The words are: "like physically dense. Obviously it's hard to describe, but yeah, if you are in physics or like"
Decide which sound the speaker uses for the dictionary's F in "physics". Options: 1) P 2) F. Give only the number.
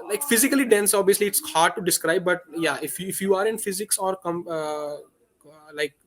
2